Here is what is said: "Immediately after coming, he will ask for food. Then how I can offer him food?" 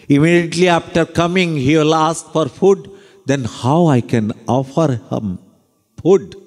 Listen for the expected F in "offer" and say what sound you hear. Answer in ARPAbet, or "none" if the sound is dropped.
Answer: F